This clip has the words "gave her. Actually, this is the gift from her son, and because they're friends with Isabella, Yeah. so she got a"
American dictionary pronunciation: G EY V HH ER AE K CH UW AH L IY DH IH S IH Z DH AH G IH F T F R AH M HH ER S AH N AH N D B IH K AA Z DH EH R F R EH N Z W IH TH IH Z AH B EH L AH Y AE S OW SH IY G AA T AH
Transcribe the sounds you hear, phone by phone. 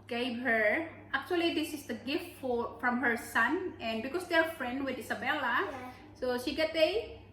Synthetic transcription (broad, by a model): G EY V HH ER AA K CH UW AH L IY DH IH S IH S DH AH G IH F T F R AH M HH ER S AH N AH N D B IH K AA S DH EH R F R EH N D W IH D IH S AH B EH L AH S OW SH IY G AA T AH